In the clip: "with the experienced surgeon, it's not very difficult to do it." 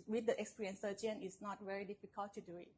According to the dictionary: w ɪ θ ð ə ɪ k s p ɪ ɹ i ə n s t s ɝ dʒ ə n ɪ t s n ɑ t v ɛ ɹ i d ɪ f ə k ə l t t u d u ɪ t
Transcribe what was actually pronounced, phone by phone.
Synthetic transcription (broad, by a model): w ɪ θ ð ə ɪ k s p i ɹ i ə n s s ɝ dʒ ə n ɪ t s n ɑ t v ɛ ɹ i d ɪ f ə k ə l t t u d u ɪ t